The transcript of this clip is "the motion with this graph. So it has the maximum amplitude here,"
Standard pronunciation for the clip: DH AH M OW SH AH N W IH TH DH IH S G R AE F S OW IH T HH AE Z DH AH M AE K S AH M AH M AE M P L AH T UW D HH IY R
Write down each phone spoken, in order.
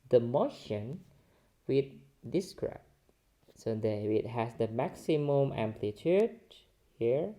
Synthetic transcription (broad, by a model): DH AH M OW SH AH N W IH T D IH S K R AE P S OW IH T HH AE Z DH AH M AE K S AH M AH M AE M P L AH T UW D HH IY R